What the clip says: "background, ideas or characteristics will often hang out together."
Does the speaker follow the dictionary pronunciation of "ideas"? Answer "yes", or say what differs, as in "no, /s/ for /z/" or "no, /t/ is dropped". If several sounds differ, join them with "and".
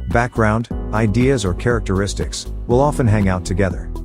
yes